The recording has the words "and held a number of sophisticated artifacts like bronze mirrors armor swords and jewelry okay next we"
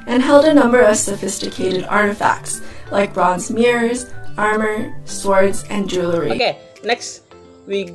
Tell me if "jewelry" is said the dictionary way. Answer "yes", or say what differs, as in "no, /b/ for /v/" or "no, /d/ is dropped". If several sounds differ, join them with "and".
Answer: yes